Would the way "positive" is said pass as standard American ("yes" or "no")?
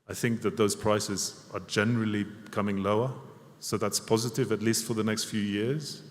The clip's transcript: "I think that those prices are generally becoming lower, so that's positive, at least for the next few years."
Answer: yes